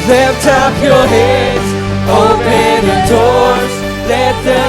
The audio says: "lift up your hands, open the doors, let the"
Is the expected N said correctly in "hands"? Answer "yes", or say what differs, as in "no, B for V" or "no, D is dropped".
no, N is dropped